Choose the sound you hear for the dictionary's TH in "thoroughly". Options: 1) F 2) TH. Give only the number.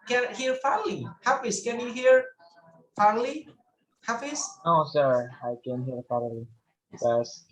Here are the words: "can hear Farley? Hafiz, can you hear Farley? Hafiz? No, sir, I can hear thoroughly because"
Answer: 1